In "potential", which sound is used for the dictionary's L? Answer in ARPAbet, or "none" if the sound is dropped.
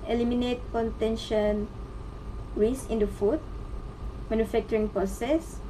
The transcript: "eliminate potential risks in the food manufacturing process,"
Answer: N